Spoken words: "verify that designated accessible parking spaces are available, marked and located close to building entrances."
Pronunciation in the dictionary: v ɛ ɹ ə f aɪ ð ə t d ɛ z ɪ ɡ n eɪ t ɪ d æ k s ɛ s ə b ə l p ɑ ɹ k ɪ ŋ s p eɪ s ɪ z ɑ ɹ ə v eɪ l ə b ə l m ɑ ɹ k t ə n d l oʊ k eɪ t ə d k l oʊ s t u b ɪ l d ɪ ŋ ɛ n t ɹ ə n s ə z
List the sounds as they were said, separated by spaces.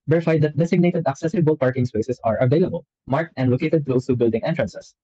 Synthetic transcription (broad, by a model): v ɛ ɹ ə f aɪ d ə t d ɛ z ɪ ɡ n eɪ t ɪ d æ k s ɛ s ə b ə l p ɑ ɹ k ɪ ŋ s p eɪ s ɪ s ɑ ɹ ə v eɪ l ə b ə l m ɑ ɹ k t ə n d l oʊ k eɪ t ə d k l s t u b ɪ l d ɪ ŋ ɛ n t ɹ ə n s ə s